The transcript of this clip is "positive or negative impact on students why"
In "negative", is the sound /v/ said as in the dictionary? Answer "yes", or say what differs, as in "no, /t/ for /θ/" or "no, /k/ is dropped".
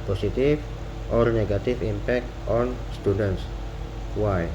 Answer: no, /f/ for /v/